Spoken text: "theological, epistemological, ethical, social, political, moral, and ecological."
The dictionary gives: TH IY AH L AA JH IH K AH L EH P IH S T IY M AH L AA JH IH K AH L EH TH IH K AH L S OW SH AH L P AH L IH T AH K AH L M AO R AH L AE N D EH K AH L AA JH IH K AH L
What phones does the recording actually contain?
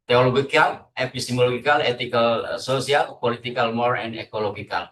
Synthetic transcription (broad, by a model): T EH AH L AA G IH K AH L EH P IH S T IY M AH L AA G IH K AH L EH T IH K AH L S OW S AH L P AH L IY T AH K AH L M AO R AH N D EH K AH L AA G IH K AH L